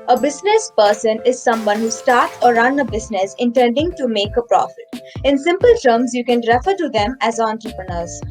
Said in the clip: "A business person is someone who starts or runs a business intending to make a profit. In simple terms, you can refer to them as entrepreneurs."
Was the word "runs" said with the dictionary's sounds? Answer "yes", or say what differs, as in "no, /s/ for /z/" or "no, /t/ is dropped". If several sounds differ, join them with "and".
no, /z/ is dropped